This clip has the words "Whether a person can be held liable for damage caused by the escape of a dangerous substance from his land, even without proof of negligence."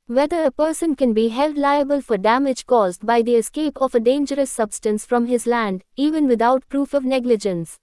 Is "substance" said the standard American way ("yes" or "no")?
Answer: yes